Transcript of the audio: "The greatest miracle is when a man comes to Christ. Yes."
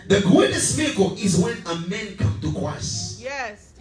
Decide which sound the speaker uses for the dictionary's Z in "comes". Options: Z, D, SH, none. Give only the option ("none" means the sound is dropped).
none